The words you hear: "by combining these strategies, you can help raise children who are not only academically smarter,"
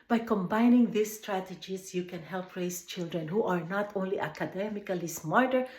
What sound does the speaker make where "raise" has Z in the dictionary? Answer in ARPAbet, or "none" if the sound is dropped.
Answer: S